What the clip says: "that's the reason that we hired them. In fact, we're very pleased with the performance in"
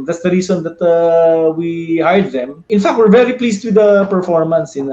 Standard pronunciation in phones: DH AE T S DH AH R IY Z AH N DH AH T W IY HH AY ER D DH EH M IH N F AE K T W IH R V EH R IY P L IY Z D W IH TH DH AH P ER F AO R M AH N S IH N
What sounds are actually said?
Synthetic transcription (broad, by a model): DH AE T S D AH R IY S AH N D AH T W IY HH AY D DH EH M IH N F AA K T W IH R V EH R IY P L IY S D W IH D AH P ER F AO R M AH N S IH N